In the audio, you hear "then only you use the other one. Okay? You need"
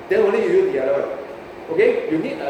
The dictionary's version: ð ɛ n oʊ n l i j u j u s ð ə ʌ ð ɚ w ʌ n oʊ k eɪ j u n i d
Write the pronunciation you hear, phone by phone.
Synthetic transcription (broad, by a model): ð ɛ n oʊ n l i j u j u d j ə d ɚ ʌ oʊ k eɪ j u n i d